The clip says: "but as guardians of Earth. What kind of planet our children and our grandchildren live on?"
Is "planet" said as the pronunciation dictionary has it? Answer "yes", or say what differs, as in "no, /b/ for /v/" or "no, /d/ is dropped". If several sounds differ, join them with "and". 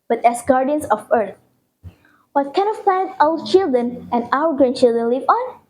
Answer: no, /n/ is dropped